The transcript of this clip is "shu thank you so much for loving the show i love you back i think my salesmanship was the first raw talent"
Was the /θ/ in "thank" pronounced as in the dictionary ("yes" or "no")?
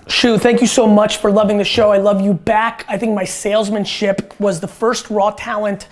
yes